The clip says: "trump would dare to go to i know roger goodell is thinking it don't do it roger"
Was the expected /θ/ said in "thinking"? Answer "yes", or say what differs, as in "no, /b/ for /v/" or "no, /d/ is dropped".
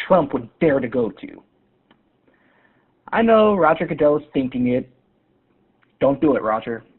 yes